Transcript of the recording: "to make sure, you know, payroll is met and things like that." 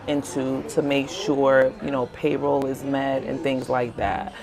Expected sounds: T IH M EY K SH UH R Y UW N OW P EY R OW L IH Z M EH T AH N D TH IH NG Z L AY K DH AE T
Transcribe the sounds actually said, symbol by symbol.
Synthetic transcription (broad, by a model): T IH M EY K SH UH R Y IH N OW P EY R OW L IH Z M EH T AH N TH IH NG Z L AY K DH AE T